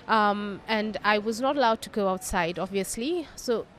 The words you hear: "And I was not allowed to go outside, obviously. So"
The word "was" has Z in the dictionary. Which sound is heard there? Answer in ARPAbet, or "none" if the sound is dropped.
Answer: Z